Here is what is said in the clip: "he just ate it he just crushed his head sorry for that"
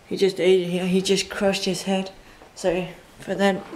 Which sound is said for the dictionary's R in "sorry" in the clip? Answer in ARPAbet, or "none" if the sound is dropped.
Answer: none